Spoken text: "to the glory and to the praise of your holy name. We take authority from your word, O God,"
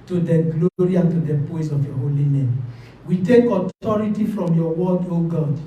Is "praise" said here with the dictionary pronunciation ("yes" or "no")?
no